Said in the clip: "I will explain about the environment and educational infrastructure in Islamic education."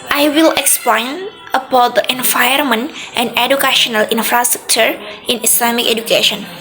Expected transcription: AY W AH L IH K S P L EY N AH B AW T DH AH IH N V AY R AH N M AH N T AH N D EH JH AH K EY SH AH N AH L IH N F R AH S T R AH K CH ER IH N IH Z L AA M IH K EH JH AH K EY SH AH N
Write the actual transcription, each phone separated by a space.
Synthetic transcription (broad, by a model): AY W AH L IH K S P L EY N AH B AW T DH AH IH N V AY AH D M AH N T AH N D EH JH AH K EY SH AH N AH L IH N F R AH S T R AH K CH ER IH N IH S L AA M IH K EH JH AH K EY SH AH N